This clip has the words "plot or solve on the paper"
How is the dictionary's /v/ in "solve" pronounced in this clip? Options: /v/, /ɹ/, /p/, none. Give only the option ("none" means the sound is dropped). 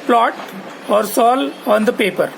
none